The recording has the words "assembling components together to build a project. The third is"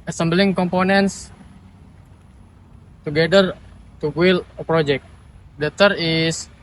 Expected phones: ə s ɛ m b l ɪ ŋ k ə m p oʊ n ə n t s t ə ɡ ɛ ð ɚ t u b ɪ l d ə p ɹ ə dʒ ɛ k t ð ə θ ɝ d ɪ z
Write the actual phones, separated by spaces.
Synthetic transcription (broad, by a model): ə s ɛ m b l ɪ ŋ k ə m p oʊ n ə n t s t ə ɡ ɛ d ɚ t u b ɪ l ə p ɹ ə dʒ ɛ k t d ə t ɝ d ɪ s